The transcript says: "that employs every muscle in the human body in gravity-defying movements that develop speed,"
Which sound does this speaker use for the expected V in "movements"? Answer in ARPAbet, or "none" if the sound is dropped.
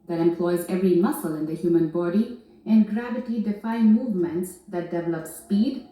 V